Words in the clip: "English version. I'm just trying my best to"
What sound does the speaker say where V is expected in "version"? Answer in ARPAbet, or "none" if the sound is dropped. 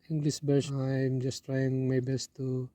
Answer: B